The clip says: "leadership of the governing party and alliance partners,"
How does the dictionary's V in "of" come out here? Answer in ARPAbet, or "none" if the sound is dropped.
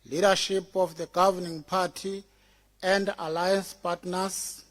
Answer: F